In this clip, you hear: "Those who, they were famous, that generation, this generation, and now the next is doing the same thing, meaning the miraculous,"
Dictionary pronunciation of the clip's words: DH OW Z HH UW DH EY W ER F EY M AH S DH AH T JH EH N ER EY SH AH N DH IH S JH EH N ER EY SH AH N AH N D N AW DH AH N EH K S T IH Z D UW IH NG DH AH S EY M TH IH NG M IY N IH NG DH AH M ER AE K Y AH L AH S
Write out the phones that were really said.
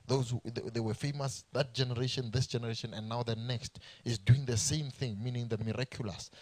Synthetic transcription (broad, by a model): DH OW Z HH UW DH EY W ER F EY M AH S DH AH T JH EH N ER EY SH AH N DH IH S JH EH N ER EY SH AH N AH N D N AW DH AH N EH K S T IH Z D UW IH NG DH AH S EY M TH IH NG M IY N IH NG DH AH M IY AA K Y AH L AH S